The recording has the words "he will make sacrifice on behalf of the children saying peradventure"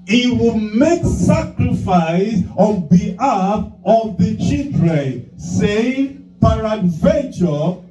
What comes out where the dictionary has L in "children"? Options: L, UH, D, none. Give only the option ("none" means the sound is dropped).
none